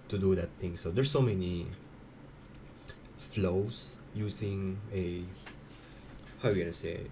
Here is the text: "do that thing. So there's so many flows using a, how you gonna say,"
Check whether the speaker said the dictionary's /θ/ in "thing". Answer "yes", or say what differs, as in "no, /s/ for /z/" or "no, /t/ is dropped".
no, /t/ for /θ/